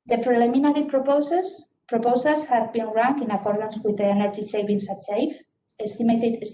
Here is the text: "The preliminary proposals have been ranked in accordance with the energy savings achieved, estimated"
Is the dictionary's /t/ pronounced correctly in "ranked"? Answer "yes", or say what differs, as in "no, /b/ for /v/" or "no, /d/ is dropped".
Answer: no, /t/ is dropped